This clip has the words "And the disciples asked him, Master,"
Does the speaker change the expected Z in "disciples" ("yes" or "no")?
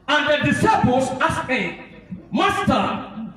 yes